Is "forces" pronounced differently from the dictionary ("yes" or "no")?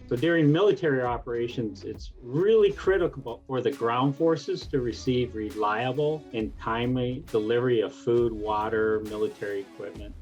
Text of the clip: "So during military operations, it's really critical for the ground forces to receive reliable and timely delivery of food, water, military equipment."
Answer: no